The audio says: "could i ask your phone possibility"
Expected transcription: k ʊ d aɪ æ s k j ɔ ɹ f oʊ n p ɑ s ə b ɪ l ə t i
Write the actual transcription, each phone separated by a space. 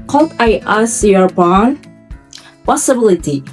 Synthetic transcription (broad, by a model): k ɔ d aɪ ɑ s j ɔ ɹ p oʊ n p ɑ s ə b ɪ l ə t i